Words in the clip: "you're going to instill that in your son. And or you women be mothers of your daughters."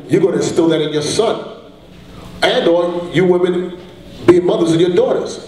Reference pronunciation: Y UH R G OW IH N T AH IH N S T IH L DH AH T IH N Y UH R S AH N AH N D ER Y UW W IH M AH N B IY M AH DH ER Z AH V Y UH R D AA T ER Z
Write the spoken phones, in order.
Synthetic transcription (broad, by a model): Y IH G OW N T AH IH S T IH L DH AH T IH N Y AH R S AH N AH N D ER Y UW W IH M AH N B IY M AH DH ER Z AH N Y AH R D AA T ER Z